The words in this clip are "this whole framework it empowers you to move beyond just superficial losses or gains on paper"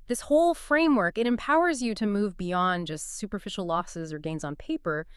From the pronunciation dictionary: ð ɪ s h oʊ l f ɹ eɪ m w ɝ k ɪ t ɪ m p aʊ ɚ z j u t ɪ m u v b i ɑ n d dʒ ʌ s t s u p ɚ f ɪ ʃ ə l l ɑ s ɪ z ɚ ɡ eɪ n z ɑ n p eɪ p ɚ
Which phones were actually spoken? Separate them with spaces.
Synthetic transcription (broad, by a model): ð ɪ s h oʊ l f ɹ eɪ m w ɝ k ɪ t ɪ m p aʊ ɚ z j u t ɪ m u v b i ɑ n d dʒ ʌ s t s u p ɚ f ɪ ʃ l l ɑ s ɪ z ɚ ɡ eɪ n z n p eɪ p ɚ